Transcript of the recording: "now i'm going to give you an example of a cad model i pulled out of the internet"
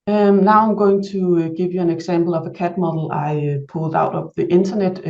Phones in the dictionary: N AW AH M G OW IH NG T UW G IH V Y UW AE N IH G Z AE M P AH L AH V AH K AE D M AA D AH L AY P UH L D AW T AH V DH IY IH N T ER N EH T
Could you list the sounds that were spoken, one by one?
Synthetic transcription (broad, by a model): N AW AH M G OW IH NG S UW G IH V Y UW AE N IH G S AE M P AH L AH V AH K AE D M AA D L AY P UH L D AW T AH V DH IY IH N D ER N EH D